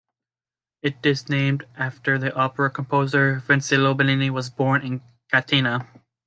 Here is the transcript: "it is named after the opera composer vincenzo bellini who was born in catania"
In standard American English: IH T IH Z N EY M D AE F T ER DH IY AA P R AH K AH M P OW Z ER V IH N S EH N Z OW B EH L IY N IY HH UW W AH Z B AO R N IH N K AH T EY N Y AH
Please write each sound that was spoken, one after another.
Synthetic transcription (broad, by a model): IH T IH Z N EY M D AE F T ER DH IY AA P R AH K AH M P OW Z ER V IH N S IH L OW B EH N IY N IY W AH Z B AO R N IH N K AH T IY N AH